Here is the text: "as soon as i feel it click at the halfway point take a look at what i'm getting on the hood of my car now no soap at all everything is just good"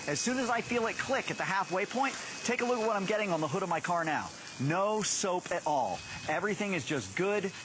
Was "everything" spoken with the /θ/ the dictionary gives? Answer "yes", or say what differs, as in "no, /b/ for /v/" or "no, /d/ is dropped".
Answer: yes